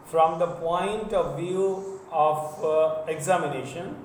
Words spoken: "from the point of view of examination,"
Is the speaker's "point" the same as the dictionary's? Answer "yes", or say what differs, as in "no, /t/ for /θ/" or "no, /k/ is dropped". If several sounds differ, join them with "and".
yes